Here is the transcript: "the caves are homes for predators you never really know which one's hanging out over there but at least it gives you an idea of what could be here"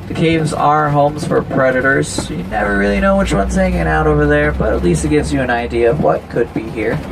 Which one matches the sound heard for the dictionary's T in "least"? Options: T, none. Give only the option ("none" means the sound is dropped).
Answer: T